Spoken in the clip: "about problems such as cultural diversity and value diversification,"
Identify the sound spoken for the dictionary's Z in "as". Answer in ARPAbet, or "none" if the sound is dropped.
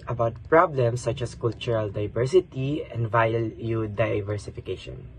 S